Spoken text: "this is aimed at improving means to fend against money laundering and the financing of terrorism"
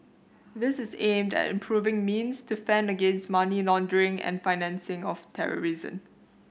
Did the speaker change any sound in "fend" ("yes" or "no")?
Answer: no